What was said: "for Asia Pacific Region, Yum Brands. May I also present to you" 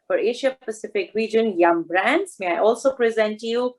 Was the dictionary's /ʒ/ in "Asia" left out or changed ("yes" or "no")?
yes